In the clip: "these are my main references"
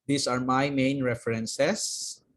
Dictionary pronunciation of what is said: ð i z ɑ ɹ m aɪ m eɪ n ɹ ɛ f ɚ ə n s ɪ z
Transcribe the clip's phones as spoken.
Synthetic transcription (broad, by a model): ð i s ɑ ɹ m aɪ m eɪ n ɹ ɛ f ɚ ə n s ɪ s